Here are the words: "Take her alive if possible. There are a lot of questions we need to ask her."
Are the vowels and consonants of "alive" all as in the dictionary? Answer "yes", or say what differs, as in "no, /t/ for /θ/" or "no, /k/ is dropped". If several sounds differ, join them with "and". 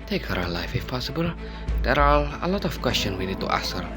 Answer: no, /f/ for /v/